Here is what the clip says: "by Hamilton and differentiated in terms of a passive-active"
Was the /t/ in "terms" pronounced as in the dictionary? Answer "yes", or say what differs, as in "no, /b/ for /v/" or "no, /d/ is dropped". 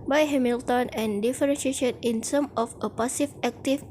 no, /s/ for /t/